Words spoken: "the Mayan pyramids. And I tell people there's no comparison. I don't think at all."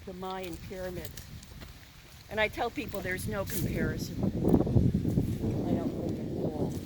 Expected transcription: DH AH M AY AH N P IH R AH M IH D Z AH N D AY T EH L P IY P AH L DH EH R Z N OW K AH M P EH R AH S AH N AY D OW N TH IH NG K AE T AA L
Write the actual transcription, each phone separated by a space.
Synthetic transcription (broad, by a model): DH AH M AY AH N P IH R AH M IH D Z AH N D AY T EH L P IY P L DH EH R Z N OW K AH M P EH R AH S AH N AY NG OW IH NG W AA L